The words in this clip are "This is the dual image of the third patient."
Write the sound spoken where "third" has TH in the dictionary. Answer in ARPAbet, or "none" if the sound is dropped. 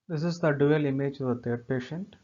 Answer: T